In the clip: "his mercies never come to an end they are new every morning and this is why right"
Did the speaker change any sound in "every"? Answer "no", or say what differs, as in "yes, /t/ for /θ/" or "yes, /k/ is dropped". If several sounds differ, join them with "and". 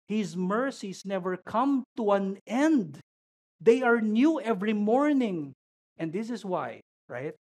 no